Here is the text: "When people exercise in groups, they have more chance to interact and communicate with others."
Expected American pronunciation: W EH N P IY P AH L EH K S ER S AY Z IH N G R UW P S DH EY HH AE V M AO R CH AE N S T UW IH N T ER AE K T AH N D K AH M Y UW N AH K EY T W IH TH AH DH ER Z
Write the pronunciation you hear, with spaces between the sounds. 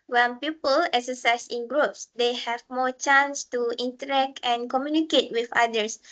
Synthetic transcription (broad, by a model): W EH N P IY P AH L EH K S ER S AY S IH N G R UW P S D EY HH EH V M AO CH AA N S T UW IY N T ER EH K T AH N K AH M Y UW N AH K EY T W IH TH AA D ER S